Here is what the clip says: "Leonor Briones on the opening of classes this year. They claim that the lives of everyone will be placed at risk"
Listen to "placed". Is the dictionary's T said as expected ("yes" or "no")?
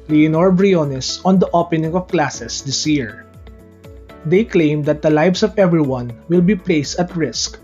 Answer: yes